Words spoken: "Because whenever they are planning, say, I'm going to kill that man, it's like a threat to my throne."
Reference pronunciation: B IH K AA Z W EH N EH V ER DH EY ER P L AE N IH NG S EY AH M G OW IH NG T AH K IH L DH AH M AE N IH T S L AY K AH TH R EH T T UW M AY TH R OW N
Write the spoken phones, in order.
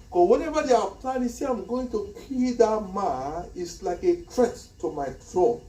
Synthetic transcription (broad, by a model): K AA W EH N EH V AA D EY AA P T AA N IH S EY AH M G OW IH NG T AH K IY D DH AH M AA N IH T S L AY K AH T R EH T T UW M AY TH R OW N